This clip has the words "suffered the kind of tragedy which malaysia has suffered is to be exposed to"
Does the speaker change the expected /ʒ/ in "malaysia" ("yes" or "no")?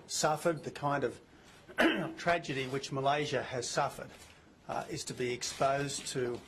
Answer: no